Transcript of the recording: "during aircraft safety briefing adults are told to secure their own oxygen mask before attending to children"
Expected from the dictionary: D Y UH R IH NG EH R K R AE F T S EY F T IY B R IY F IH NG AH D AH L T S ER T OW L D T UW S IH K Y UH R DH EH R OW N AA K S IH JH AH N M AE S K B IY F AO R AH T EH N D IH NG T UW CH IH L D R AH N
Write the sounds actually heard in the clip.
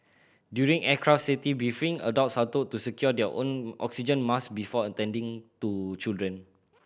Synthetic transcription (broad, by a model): D Y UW R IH NG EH K R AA F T S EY T IY B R IY F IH NG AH D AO T S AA T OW T UW S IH K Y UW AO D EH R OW N AA K S IH JH AH N M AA S B IY F AO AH T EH N D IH NG T UW CH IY L D R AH N